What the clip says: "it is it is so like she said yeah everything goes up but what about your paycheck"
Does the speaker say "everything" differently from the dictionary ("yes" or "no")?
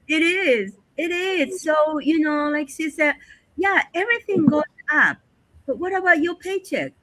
no